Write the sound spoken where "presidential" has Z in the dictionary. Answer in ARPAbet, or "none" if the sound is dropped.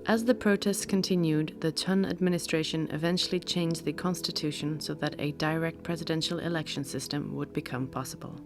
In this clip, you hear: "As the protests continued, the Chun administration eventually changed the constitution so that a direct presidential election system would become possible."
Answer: Z